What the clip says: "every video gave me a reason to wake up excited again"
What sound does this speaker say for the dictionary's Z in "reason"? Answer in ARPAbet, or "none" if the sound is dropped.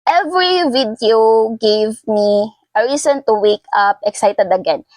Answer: S